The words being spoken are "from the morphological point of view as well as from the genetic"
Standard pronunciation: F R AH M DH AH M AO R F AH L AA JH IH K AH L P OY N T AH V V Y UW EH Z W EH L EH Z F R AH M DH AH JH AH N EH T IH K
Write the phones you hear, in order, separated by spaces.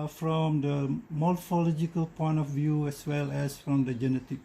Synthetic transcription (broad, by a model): F R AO M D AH M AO L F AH L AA JH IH K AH L P OY N T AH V V Y UW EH S W EH L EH S F R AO M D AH JH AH N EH T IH K